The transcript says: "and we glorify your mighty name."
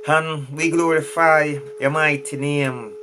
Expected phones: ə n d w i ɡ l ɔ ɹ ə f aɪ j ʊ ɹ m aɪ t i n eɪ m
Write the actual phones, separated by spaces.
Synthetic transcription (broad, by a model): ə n w i ɡ l ɔ ɹ ə f aɪ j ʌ m aɪ t i n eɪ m